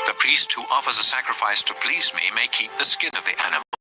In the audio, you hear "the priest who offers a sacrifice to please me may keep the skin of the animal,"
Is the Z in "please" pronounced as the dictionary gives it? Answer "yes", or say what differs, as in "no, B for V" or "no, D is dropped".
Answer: yes